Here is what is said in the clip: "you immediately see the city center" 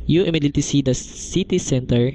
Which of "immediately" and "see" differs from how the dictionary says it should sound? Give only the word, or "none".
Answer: immediately